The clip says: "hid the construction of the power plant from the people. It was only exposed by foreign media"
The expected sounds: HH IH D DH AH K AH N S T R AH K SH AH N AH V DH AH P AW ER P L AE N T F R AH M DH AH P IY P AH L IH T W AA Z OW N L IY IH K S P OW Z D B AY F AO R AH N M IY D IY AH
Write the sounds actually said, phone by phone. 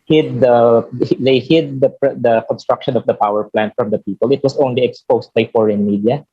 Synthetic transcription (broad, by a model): HH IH D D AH K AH N S T R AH K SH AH N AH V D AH P AW ER P L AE N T F R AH M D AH P IY P AH L IH T W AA S OW N L IY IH K S P OW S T B AY F AO R AH N M IY D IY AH